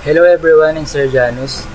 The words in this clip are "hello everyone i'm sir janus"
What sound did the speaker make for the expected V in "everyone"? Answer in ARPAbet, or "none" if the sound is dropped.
B